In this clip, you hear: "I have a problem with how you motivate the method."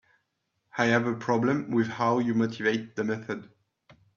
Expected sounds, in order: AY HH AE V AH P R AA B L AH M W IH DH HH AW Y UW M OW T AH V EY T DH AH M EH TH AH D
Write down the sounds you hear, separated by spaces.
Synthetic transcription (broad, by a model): AY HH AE V AH P R AA B L AH M W IH DH HH AW Y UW M OW T AH V EY T DH AH M EH TH AH D